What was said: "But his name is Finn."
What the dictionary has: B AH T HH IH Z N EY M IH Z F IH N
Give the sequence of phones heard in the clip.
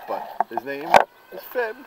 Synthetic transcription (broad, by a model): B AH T HH IH Z N EY M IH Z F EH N